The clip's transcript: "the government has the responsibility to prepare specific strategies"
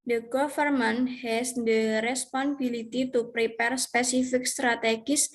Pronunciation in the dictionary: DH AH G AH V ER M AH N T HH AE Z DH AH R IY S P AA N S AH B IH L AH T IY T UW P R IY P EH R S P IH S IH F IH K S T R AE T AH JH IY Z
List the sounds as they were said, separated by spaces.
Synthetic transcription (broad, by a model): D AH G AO F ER M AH N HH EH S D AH R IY S P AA N AH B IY L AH T IY T UW P R IY P EH R S P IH S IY F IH K S T R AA T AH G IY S